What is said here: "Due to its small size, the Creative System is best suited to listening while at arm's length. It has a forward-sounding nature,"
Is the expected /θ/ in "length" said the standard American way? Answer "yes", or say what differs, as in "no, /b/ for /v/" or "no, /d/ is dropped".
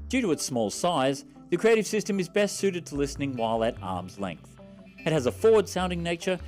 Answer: yes